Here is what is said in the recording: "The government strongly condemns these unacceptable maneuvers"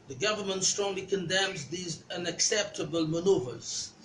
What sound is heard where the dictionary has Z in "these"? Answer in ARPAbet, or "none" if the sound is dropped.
Z